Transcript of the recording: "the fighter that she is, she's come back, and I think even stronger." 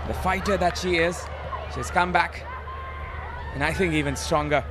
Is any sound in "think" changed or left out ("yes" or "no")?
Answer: no